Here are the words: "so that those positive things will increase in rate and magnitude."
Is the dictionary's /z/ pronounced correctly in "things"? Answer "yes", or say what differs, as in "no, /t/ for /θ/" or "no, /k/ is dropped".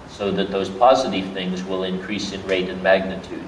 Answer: yes